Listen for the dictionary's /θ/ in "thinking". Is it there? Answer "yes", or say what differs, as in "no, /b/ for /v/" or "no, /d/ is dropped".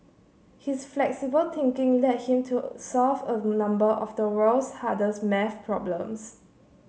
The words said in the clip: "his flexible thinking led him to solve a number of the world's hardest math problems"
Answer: no, /t/ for /θ/